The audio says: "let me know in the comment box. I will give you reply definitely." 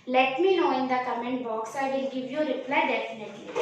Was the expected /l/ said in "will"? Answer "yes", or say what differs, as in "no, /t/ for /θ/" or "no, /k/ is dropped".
no, /n/ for /l/